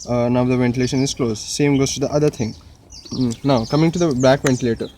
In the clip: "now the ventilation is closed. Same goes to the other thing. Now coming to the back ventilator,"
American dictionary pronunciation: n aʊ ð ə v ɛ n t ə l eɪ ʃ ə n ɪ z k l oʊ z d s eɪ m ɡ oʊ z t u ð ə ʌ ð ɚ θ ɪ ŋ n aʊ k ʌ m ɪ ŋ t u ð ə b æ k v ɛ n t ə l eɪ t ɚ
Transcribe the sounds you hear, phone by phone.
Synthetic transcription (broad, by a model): n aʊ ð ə v ɛ n t ə l eɪ ʃ ə n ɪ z k l oʊ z s eɪ m ɡ oʊ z t u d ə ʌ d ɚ t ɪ ŋ n aʊ k ʌ m ɪ ŋ t u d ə b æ k v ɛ n t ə l eɪ t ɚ